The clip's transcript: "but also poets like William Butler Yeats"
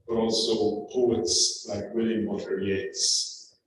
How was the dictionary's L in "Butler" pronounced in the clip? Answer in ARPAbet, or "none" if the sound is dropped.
none